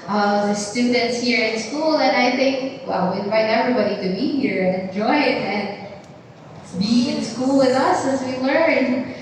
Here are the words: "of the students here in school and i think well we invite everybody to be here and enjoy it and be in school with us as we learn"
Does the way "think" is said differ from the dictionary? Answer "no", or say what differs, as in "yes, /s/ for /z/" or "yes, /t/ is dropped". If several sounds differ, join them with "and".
no